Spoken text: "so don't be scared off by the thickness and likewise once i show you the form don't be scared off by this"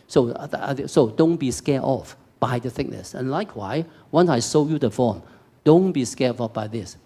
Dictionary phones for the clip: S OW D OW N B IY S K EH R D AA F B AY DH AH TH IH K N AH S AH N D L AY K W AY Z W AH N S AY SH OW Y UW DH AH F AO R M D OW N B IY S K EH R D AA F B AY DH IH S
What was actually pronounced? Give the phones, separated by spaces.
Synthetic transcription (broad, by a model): S OW D OW N B IY S K EH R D AA F B AY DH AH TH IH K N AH S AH N L AY K W AY W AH N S AY S OW Y UW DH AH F AO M D OW N B IY S K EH AA F B AY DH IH S